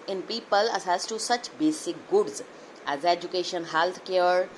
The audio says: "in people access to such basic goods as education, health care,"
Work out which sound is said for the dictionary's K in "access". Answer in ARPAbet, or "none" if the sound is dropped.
none